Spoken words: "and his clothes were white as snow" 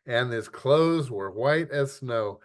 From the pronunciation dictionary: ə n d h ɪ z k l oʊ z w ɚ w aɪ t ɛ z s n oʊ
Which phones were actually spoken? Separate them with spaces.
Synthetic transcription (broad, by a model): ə n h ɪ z k l oʊ z w ɚ w aɪ t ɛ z s n oʊ